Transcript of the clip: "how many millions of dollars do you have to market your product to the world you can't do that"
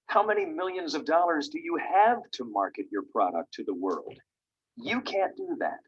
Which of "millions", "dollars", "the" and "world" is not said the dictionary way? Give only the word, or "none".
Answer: none